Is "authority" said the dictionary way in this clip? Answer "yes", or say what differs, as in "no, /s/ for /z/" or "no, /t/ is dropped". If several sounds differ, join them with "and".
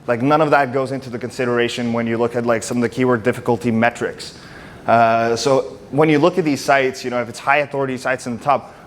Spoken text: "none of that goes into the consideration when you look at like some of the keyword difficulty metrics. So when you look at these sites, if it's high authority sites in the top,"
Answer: yes